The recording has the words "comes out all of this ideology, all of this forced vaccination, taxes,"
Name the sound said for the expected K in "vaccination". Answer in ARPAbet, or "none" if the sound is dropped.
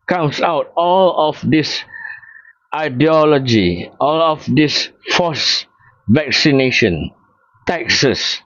K